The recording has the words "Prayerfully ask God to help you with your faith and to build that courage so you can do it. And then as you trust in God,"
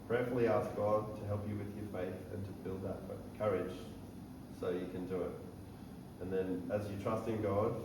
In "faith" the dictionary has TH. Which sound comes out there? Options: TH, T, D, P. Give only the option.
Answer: TH